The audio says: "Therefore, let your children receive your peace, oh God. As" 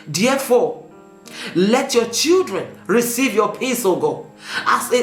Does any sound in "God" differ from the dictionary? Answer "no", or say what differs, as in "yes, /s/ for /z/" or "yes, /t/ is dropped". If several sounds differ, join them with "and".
yes, /d/ is dropped